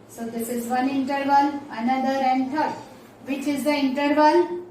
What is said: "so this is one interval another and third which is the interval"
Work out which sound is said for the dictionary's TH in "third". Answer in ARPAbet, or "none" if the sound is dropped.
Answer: T